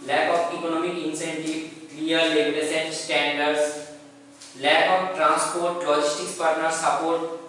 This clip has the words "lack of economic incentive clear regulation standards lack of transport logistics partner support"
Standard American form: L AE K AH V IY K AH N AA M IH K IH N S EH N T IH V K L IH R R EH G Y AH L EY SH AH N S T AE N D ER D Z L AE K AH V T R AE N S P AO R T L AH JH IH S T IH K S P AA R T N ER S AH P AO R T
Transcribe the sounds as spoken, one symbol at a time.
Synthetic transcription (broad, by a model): L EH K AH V IY K AH N AA M IH K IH N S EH N T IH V K L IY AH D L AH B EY S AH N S T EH N D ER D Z L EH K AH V T R AE N S P AO R T L AH JH IH S T IH K S P AA R T N ER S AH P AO R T